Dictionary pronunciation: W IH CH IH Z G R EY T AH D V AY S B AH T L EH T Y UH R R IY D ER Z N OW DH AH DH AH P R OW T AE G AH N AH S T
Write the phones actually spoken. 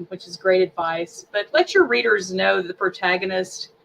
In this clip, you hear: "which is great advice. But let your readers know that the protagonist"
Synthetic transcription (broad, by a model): W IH CH IH Z G R EY T AH D V AY S B AH T L EH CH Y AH R R IY D ER Z N OW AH DH AH P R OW T AE G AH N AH S T